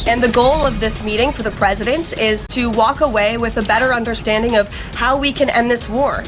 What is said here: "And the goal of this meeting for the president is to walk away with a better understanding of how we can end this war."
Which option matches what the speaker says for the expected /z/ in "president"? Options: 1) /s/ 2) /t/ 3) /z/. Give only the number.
3